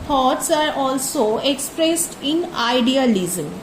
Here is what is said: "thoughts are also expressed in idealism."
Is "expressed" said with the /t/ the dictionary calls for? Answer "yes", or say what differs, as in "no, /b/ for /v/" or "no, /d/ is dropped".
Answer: yes